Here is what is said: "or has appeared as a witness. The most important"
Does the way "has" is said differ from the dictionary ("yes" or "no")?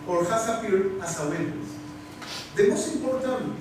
yes